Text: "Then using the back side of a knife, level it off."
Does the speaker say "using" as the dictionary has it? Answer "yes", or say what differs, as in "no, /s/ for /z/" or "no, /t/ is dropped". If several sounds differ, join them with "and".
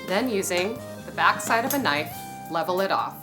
yes